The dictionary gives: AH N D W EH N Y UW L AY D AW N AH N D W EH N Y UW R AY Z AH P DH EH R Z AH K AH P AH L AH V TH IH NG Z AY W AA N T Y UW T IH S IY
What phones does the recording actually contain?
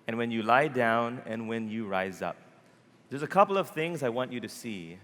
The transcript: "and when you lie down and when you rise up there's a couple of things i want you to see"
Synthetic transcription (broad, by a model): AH N W EH N Y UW L AY D AW N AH N W EH N Y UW R AY Z AH P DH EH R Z AH K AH P L AH V TH IH NG Z AY W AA N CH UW T IH S IY